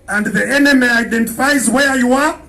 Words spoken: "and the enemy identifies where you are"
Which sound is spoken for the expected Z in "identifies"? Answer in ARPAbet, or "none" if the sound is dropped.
Z